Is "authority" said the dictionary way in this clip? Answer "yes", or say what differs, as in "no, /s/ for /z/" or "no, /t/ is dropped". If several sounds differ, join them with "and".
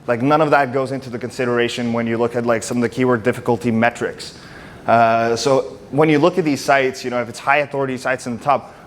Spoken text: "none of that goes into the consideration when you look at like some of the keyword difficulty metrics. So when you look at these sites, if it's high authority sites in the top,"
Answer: yes